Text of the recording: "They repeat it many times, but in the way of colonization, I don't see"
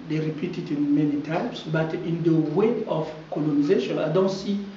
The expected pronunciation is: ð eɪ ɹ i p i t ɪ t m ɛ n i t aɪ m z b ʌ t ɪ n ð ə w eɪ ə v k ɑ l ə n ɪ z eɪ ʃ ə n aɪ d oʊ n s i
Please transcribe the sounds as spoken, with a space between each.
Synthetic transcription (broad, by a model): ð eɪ ɹ i p i t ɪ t m ɛ n i t aɪ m s b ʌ t ɪ n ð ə w eɪ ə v k ɑ l ə n ɪ z eɪ ʃ ə n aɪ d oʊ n s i